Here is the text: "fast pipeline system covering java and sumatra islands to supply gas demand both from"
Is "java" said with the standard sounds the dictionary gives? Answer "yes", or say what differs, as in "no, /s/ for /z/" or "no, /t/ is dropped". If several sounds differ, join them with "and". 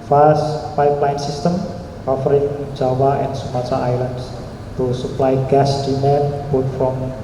no, /w/ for /v/